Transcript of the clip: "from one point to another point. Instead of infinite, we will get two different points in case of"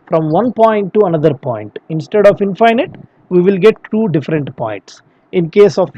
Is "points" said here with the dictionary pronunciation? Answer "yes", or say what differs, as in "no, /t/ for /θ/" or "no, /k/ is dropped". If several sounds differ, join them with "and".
yes